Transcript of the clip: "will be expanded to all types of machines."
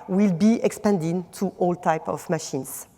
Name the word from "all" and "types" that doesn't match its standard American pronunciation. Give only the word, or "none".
types